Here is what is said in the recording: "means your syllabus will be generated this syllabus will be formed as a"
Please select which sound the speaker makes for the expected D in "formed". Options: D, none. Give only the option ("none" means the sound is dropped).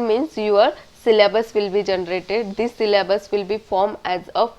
none